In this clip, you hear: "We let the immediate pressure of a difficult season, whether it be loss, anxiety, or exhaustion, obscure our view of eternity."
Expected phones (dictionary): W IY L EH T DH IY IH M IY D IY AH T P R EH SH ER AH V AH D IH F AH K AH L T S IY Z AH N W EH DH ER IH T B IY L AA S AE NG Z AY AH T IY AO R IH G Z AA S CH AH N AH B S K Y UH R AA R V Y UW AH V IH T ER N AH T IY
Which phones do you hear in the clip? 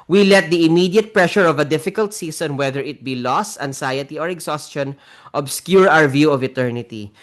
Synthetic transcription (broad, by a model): W IY L EH T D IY IH M IY D IY AH T P R EH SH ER AH V AH D IH F AH K AH L T S IY S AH N W EH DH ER IH T B IY L AA S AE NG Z AY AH T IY AO R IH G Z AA S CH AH N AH B S K Y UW R AA R V Y UW AH V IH T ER N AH T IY